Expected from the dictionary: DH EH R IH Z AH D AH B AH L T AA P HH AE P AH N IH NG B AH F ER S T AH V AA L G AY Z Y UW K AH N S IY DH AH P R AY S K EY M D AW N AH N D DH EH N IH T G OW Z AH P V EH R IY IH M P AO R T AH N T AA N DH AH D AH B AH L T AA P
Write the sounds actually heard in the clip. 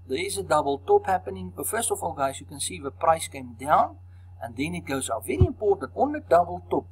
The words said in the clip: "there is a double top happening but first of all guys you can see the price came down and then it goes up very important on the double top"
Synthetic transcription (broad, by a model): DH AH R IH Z AH D AH B AH L T AA P HH AE P AH N IH NG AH F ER S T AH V AA L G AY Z Y UW K AH N S IY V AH P R AY S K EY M D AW N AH N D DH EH N IH T G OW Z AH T V EH R IY IH M P AO R T AH N T AA N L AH D AH B AH L T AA P